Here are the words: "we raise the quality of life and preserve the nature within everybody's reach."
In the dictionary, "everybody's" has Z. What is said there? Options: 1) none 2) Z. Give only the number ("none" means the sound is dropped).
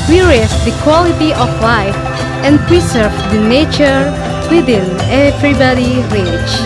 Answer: 1